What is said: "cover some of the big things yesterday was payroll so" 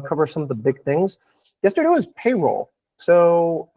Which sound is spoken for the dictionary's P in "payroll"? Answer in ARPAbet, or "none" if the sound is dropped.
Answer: P